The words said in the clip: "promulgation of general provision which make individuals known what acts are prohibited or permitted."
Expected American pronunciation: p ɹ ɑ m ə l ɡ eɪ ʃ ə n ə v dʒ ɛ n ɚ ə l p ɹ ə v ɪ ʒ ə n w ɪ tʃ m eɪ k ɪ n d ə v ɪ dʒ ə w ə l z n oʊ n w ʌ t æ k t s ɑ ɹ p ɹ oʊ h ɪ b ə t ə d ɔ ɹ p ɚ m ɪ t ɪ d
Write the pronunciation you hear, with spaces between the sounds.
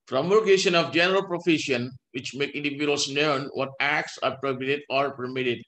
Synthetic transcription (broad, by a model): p ɹ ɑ m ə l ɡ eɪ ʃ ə n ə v dʒ ɛ n ɚ ə l p ɹ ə f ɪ ʃ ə n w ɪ tʃ m eɪ k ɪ n d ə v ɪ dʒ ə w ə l s n oʊ n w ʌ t æ k t s ɑ ɹ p ɹ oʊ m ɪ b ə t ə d ɔ ɹ p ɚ m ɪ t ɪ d